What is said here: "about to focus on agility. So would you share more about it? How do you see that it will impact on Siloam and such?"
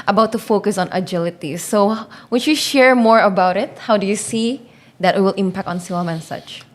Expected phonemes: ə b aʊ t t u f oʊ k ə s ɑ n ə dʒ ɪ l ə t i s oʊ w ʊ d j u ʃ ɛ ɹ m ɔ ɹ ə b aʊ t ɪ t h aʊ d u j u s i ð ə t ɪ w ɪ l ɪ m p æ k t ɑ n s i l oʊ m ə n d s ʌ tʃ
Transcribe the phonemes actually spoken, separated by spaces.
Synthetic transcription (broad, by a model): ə b aʊ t t u f oʊ k ə s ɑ n ə dʒ ɪ l ə t i s oʊ w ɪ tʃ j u ʃ ɛ ɹ m ɔ ɹ ə b aʊ t ɪ t h aʊ d u j u s i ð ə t ɪ w ɪ l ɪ m p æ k t ɑ n s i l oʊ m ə n s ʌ tʃ